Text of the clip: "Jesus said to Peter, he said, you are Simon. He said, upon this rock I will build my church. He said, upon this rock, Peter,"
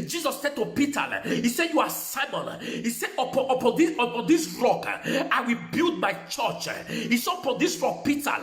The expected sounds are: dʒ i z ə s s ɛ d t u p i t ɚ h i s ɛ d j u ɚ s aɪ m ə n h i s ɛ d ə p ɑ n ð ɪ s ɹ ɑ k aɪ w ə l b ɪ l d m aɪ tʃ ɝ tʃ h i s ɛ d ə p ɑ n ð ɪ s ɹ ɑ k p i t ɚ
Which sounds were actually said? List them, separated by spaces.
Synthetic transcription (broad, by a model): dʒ i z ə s s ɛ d t u p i t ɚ h i s ɛ d j u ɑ s aɪ m ə n h i s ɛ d ə p ɑ n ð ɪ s ɹ ɑ k aɪ w ə l b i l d m aɪ tʃ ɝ tʃ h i s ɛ ə p ɑ n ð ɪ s ɹ ɑ k p i t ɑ